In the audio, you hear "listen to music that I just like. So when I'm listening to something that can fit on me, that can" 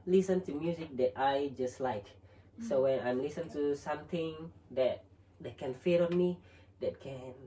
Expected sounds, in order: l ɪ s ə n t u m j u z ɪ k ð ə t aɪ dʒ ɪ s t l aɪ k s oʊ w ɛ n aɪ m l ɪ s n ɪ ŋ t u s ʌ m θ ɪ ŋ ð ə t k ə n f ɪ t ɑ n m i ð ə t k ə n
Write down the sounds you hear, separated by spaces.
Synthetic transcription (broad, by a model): l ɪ s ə n t u m j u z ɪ k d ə t aɪ dʒ ɪ s t l aɪ k s oʊ w ɛ n aɪ m l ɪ s ɪ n t u s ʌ m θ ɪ ŋ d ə t k ə n f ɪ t ɑ n m i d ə t k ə n